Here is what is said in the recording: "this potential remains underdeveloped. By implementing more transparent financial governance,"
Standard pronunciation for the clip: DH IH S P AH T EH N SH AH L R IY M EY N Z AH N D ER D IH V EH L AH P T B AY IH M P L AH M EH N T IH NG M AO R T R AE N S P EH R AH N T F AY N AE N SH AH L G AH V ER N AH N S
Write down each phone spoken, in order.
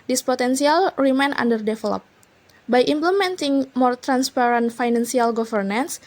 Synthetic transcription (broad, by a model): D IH S P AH T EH N S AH L R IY M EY N AA N D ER D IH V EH L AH P B AY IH M P L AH M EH N T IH NG M AO R T R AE N S P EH R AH N T F AY N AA N S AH L G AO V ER N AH N S